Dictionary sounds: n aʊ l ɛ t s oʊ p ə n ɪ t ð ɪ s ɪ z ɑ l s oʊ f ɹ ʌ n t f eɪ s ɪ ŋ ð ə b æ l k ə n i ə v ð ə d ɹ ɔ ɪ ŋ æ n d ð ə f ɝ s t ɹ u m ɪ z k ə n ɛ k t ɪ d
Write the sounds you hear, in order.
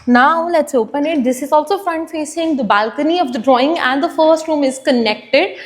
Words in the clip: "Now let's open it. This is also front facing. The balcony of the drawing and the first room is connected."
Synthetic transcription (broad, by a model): n aʊ l ɛ t s oʊ p ə n ɪ t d ɪ s ɪ z ɑ l s oʊ f ɹ ʌ n t f eɪ s ɪ ŋ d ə b æ l k ə n i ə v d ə d ɹ ɔ ɪ ŋ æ n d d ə f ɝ s t ɹ u m ɪ z k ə n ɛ k t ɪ d